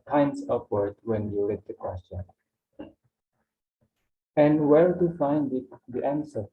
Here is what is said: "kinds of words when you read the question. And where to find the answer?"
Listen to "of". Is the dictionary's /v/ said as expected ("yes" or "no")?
no